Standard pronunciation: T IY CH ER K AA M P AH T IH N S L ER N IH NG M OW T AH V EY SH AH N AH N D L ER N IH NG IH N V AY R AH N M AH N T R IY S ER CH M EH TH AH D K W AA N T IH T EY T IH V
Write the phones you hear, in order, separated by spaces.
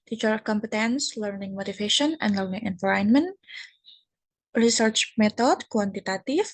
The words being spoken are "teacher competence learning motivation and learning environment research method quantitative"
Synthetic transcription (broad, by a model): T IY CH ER K AA M P AH T IH N S L ER N IH NG M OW T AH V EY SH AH N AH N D L ER N IH NG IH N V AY R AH N M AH N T R IY S ER CH M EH T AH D K W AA N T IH T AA T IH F